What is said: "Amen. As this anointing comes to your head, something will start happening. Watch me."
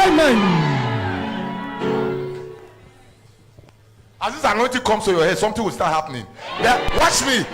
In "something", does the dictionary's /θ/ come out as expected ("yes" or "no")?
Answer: no